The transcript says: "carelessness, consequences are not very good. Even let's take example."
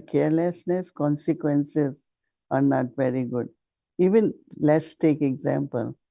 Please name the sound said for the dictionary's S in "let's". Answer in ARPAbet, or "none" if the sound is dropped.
S